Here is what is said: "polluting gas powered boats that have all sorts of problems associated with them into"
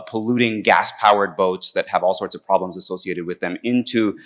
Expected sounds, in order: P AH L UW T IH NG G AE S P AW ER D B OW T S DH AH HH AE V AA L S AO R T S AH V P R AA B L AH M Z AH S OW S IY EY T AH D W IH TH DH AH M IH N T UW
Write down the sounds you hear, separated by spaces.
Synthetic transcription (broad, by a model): P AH L UW T IH NG G AE S P AW ER D B OW T S DH AH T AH V AA L S AO R T S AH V P R AA B L AH M Z AH S OW S IY EY T AH D W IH DH AH M IH N T UW